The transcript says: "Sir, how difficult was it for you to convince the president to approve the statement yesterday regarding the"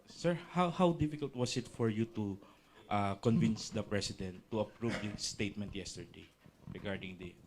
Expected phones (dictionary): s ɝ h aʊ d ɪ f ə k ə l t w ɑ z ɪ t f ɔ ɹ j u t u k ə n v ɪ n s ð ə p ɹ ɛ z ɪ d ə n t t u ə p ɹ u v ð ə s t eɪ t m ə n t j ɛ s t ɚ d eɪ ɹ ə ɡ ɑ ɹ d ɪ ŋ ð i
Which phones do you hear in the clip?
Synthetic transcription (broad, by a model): s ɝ h aʊ d ɪ f ə k ə l t w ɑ s ɪ t f ɔ ɹ j u t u k ə n v ɪ n s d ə p ɹ ɛ s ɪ d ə n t t u ə p ɹ u v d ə s t eɪ t m ə n t j ɛ s t ɚ d eɪ ɹ ə ɡ ɑ ɹ d ɪ ŋ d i